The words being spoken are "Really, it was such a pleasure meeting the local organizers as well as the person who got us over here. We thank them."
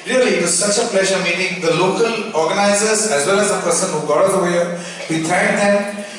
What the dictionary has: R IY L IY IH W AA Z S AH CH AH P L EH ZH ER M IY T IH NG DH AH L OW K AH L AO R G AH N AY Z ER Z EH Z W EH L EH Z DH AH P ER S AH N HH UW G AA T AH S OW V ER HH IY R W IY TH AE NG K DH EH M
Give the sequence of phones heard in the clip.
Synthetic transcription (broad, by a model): R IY L IY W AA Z S AH CH AH P L EH ZH ER M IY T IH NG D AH L OW K AH L AO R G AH N AY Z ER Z EH Z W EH L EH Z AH P ER S AH N HH UW G AA T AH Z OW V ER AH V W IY T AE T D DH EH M